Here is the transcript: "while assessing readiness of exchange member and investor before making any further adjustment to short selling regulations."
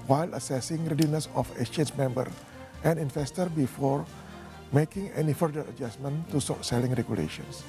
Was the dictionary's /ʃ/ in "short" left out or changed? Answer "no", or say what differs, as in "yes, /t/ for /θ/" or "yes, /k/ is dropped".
yes, /s/ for /ʃ/